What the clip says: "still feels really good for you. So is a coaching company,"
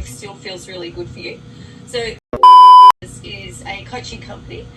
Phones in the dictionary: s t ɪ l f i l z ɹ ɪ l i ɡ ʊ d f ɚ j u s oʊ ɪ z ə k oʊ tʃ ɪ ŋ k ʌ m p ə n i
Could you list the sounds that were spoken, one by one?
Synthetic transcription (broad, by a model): s t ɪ l f i l z ɹ ɪ l i ɡ ʊ d f ɚ j u s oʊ ɪ z ə k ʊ tʃ ɪ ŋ k ʌ m p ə n i